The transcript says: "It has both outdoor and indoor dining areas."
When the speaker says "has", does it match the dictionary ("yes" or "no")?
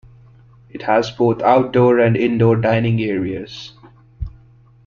yes